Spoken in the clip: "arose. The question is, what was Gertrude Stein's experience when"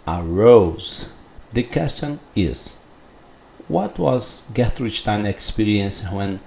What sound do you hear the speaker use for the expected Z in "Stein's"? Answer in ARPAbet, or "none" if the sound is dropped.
none